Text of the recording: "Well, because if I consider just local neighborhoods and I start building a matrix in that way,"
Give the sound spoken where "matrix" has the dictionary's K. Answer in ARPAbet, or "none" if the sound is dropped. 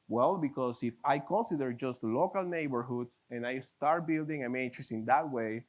none